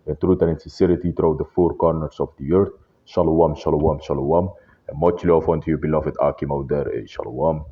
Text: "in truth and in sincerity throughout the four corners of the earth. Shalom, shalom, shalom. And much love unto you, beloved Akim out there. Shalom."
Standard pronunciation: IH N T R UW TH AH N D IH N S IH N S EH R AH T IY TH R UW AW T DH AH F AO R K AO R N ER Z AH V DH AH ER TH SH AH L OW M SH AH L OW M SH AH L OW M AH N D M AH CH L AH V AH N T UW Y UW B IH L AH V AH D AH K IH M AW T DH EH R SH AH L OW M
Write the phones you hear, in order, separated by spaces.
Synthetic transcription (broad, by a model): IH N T R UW T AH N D IH N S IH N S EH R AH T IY T R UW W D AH F AO R K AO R N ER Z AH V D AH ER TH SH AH L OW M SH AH L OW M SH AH L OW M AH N M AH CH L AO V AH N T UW Y UW B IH L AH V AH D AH K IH M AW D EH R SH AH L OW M